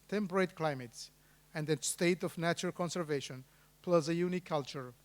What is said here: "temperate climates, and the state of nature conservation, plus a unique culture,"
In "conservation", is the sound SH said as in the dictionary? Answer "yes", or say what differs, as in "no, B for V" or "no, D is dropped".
yes